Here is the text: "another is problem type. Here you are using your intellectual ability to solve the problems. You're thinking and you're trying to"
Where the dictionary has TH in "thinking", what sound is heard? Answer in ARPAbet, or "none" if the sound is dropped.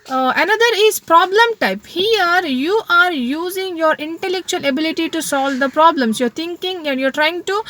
T